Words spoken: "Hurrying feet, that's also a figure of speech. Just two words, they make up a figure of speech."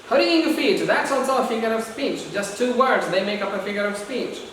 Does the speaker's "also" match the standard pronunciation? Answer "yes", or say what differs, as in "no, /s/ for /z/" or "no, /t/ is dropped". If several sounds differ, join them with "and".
no, /l/ is dropped